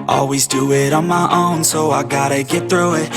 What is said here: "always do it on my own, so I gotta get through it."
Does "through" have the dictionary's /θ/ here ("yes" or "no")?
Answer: yes